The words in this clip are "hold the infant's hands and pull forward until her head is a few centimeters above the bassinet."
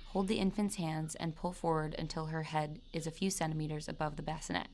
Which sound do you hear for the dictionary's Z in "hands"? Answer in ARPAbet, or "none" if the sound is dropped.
Z